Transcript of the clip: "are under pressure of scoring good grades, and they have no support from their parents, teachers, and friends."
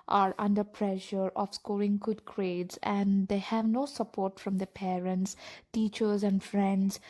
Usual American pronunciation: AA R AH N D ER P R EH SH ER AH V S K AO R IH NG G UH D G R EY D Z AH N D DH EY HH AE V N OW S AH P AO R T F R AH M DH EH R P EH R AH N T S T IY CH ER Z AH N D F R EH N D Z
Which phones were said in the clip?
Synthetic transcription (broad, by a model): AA R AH N D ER P R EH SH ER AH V S K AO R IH NG G UH D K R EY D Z AH N D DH EY HH AE V N OW S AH P AO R T F R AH M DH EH P EH R AH N T S T IY CH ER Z AH N D F R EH N D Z